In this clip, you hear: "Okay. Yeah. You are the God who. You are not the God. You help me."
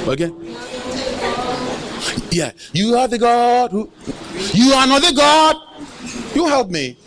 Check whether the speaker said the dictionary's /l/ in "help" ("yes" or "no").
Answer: yes